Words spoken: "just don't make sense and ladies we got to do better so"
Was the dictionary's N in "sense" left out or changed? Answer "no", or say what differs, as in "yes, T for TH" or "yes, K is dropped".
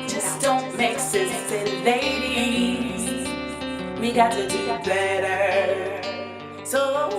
yes, N is dropped